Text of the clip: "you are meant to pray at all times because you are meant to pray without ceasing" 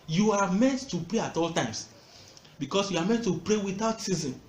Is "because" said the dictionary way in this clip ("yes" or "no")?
no